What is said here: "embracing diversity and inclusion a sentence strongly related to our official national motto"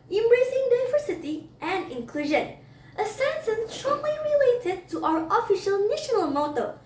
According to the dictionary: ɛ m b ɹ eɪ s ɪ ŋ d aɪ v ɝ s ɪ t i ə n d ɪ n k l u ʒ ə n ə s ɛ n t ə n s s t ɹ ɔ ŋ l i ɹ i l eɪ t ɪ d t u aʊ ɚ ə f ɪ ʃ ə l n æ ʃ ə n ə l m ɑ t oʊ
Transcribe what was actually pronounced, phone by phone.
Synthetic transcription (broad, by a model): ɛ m b ɹ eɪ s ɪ ŋ d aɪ v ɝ s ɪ t i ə n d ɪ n k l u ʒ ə n ə s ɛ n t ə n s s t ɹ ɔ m l i ɹ i l eɪ t ɪ d t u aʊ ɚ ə f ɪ ʃ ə l n æ ʃ ə n ə l m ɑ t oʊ